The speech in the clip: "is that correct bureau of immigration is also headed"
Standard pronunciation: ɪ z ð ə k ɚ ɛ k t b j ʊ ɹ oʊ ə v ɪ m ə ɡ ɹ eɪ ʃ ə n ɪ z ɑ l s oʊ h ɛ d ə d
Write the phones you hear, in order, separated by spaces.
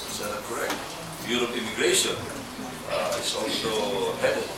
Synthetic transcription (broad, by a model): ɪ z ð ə k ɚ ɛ k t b j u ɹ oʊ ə p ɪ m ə ɡ ɹ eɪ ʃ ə n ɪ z ɑ l s oʊ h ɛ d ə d